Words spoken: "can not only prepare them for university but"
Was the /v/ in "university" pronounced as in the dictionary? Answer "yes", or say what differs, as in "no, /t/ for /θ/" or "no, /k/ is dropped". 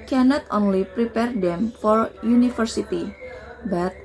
no, /f/ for /v/